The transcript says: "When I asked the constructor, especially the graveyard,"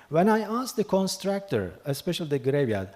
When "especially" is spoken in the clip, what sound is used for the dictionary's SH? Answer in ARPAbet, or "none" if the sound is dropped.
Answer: SH